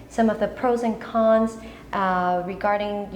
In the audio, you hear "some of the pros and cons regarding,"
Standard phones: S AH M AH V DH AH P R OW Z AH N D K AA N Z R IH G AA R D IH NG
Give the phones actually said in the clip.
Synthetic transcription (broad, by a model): S AH M AH V DH AH P R OW Z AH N K AA N Z R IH G AA R D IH NG